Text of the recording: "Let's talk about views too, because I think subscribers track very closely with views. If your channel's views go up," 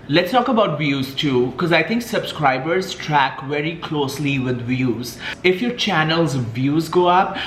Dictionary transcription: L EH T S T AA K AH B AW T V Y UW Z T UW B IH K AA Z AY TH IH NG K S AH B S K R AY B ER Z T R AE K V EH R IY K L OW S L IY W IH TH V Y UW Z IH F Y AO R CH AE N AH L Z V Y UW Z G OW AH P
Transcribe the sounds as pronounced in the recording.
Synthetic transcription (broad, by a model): L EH T S T AA K AH B AW T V Y UW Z T UW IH K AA Z AY T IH NG K S AH B S K R AY B ER Z T R AE K V EH R IY K L OW S L IY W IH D V Y UW Z IH F Y AO R CH AE N AH L Z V Y UW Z G OW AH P